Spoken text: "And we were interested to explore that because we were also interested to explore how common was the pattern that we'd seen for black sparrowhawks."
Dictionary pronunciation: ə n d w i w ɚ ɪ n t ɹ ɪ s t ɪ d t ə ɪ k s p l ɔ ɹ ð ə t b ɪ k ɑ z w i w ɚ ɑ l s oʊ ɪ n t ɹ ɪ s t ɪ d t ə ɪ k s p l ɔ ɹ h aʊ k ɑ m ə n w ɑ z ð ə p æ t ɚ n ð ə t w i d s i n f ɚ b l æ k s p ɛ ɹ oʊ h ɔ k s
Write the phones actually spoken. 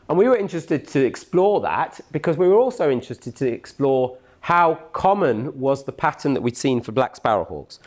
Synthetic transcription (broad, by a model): ə n w i w ɚ ɪ n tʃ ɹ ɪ s t ɪ d t ə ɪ k s p l ɔ ð ə t b ɪ k ɑ z w i w ɚ ɑ l s oʊ ɪ n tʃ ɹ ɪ s t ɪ d t ə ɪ k s p l ɔ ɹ h aʊ k ɑ m ə n w ɑ z ð ə p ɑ t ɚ n ð ə t w i d s i n f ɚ b l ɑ k s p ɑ ɹ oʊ h ɔ k s